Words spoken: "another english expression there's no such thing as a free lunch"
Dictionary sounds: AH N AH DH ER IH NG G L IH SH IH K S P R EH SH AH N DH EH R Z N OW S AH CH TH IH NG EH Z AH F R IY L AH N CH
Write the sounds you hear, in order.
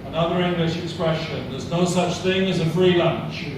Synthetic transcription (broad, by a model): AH N AH DH ER IH NG G L IH SH IH K S P R EH SH AH N DH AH R Z N OW S AH CH TH IH NG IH Z AH F R IY L AH N CH